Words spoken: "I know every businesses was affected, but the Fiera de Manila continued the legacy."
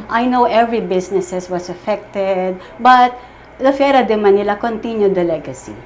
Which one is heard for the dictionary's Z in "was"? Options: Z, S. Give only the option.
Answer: S